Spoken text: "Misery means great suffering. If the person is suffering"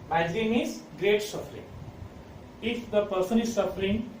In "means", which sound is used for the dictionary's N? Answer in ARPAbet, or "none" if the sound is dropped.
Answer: none